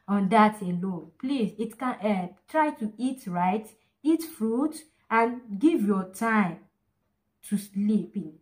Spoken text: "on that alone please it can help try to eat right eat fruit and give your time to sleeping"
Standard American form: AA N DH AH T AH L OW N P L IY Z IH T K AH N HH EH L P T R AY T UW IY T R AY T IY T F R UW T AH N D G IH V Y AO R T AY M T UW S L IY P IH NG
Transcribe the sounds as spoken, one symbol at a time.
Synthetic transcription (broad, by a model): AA N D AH T AH L OW N P L IY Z IH T K AH N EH T R AY T UW IY T R AY T IY T F R UW T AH N G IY V Y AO T AY M T UW S L IY P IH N